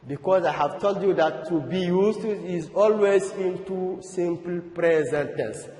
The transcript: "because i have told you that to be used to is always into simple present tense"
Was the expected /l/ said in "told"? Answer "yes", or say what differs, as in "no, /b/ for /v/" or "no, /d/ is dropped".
yes